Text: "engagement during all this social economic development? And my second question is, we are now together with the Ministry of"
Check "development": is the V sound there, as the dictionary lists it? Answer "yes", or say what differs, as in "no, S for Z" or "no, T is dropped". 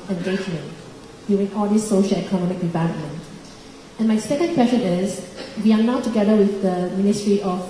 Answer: yes